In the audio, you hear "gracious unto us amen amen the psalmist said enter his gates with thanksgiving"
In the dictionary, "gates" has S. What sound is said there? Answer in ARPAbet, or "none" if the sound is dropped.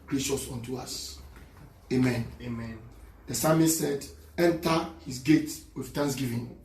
none